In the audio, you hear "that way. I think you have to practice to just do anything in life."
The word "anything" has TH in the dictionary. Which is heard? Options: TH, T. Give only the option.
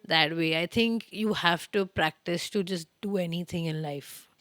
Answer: T